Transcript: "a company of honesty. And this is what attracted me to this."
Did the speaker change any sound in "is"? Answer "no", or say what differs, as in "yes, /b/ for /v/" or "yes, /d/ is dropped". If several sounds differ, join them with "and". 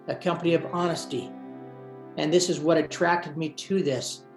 no